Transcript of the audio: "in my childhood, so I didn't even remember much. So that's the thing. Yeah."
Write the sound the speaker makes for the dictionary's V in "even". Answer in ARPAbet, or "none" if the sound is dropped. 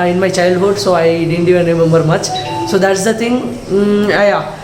none